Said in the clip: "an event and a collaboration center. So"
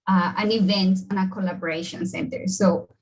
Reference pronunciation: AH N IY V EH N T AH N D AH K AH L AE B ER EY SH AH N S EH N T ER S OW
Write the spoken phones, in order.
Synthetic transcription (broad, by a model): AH N IY V EH N T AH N AH K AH L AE B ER EY SH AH N S EH N T ER S OW